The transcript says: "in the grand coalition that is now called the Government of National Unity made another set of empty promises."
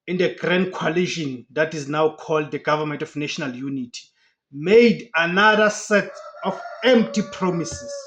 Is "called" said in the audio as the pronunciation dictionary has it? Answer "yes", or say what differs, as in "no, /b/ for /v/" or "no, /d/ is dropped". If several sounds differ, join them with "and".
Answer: yes